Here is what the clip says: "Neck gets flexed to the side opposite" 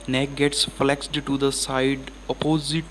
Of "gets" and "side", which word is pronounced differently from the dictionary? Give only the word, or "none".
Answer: none